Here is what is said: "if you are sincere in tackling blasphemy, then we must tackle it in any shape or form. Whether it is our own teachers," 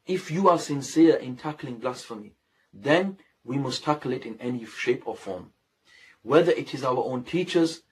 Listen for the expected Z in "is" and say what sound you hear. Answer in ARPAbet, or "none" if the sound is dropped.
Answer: Z